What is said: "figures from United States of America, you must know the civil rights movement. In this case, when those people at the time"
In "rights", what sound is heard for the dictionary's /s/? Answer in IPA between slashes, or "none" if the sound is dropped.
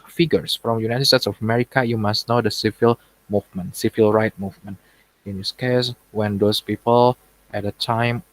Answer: none